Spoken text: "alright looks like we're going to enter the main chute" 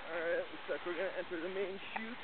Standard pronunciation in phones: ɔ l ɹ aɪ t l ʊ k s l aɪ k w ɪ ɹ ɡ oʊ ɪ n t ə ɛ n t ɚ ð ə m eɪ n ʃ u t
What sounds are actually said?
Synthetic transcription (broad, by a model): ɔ ɹ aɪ t w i s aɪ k w ɪ ɹ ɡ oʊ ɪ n t ɛ n t ɚ ð ə m eɪ n ʃ u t